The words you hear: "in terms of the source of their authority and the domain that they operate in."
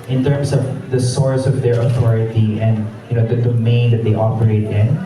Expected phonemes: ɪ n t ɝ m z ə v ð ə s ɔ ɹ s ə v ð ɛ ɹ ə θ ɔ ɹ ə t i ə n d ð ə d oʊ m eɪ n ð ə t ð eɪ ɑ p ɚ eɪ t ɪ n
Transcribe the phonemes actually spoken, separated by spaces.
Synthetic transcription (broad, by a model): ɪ n t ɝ m s ə v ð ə s ɔ ɹ s ə v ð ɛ ɹ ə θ ɔ ɹ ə t i ə n d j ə d oʊ m eɪ n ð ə t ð eɪ ɑ p ɚ eɪ t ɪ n